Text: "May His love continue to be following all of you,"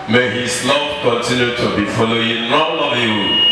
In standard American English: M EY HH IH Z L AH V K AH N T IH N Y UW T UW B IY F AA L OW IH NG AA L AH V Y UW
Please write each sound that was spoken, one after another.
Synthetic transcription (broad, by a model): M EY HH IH S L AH P K AH N T IH N Y UW T UW B IY F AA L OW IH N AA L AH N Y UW